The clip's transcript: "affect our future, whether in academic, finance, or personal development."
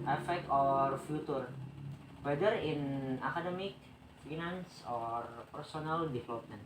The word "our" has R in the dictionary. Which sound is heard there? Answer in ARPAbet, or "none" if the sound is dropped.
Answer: R